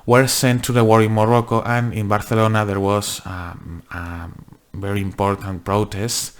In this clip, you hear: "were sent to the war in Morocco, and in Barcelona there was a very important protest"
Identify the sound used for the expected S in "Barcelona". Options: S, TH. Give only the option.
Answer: TH